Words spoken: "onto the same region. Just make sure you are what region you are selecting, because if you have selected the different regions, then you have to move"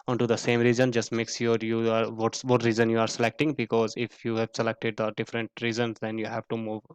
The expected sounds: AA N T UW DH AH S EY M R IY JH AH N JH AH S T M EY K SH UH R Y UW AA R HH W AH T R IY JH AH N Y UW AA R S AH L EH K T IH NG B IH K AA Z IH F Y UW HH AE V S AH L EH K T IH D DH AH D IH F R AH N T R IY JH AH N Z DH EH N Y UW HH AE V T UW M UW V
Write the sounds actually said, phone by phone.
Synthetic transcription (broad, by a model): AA N T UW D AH S EY M R IY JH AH N JH AH S T M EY K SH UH R Y UW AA R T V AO T R IY Z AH N Y UW AA R S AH L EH K T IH NG B IH K AA Z IH F Y UW HH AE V S AH L EH K T IH D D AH D IH F R AH N T R IY Z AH N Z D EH N Y UW HH AE V T UW M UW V